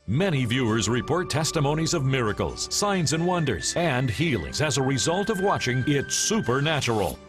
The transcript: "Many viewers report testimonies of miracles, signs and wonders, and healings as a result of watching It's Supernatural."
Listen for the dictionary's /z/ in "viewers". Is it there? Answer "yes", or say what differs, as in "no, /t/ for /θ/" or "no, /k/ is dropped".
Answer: yes